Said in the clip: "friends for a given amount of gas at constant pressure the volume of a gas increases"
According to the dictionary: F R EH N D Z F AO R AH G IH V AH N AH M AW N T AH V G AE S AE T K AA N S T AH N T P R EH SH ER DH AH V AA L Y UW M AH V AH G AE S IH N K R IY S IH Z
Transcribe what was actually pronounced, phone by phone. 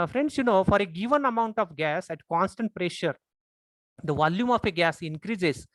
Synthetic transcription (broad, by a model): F R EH N D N F AO R AH G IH V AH N AH M AW N T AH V G AE S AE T K AA N S T AH N T P R EH SH ER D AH V AA L Y UW M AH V AH G AE S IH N K R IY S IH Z